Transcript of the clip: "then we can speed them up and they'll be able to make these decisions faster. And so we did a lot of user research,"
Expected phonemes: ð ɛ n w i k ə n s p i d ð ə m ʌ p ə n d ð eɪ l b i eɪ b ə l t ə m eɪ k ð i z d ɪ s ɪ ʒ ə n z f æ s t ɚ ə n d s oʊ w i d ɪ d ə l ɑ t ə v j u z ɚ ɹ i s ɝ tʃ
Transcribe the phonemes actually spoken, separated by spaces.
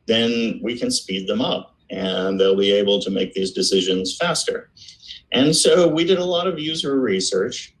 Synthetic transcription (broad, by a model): ð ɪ n w i k ə n s p i d ð ə m ʌ p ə n ð eɪ l b i eɪ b l t ə m eɪ k ð i z d ɪ s ɪ ʒ ə n z f æ s t ɚ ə n s oʊ w i d ɪ d ə l ɑ t ə v j u z ɚ ɹ i s ɝ tʃ